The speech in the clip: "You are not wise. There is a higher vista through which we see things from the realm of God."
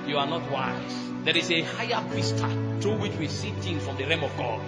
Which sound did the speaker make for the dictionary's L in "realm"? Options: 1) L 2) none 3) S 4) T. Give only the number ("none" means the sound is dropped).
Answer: 2